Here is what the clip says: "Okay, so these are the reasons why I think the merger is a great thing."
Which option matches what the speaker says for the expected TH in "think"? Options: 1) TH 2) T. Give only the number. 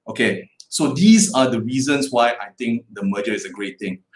2